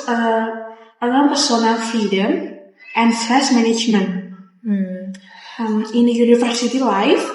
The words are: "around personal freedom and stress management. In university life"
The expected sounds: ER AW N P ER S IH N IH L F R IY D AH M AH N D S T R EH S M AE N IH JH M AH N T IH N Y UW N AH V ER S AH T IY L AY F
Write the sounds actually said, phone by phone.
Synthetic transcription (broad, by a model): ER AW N P ER S IH N IH L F IY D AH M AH N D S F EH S M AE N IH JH M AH N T IH N Y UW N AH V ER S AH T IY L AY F